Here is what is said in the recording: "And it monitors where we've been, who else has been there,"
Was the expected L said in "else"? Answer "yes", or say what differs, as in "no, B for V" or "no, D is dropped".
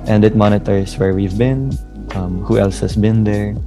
yes